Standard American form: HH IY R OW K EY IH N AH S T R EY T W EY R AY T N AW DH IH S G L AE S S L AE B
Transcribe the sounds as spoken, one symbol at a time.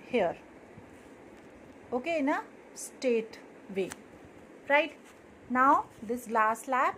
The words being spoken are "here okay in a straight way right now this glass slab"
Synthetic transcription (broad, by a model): HH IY R OW K EY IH N AH S T EY T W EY R AY T N AW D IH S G L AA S S L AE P